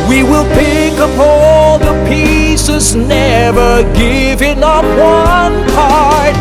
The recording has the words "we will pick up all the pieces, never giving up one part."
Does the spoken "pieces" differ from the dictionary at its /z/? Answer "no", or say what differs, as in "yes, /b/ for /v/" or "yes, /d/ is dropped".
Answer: no